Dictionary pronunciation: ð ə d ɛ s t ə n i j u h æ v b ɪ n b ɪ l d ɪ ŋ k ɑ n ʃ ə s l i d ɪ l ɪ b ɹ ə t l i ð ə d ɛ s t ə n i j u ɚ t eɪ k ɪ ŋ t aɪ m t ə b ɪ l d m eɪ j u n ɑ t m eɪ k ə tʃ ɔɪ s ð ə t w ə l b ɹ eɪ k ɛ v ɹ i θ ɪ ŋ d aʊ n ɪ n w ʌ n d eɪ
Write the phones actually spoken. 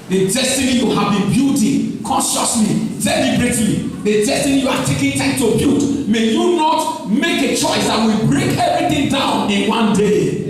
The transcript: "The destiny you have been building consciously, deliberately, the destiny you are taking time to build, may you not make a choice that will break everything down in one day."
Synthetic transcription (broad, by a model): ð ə d ɛ s t ə n i j u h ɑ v b ɪ n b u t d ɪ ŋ k ɑ n ʃ ə s l i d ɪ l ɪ b ɹ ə t l i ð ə d ɛ s t ə n i j u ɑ t eɪ k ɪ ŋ t aɪ m t ə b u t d m eɪ j u n ɑ t m eɪ k ə tʃ ɔɪ s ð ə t w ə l b ɹ eɪ k ɛ v ɹ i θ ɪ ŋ d aʊ n ɪ n w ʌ n d eɪ